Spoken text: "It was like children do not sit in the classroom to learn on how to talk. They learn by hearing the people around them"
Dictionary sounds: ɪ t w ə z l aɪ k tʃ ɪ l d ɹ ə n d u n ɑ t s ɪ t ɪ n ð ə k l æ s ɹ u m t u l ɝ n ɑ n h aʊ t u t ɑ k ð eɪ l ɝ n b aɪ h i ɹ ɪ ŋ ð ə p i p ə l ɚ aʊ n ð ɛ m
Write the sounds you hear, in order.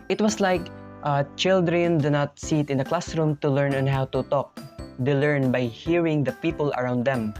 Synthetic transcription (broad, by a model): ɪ t w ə s l aɪ k tʃ ɪ l d ɹ ə n d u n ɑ t s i t ɪ n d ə k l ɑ s ɹ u m t u l ɝ n ɑ n h aʊ t u t ɑ k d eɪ l ɝ n b aɪ h i ɹ ɪ ŋ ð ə p i p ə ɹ aʊ n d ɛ m